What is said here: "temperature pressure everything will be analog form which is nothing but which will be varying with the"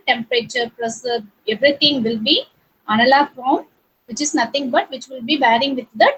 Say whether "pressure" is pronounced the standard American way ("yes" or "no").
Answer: no